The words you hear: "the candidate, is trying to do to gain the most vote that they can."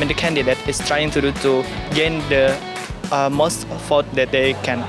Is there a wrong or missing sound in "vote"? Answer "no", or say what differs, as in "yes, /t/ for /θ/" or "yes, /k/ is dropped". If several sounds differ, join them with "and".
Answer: yes, /f/ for /v/